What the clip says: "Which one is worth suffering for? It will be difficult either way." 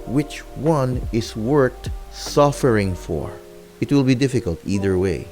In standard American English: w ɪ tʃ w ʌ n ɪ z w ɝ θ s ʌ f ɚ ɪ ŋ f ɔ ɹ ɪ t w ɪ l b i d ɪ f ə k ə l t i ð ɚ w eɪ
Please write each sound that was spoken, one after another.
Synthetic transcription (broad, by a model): w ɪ tʃ w ʌ n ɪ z w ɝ t s ʌ f ɚ ɪ ŋ f ɔ ɹ ɪ t w ɪ l b i d ɪ f ə k ə l t i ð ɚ w eɪ